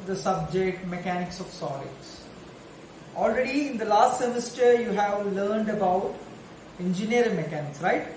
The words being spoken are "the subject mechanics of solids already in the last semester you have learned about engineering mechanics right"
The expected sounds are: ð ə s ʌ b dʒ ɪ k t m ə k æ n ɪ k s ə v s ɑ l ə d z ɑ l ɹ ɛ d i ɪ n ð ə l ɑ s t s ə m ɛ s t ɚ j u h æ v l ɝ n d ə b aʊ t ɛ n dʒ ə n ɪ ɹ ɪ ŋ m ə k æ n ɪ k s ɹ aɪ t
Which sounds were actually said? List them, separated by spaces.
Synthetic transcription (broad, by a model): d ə s ʌ b dʒ ɪ k t m ə k æ n ɪ k s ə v s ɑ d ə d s ɑ l ɹ ɛ d i ɪ n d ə l ɑ s t s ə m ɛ s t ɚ j u h æ v l ɝ n d ə b aʊ t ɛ n dʒ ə n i ɹ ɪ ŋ m ə k æ n ɪ k s ɹ aɪ t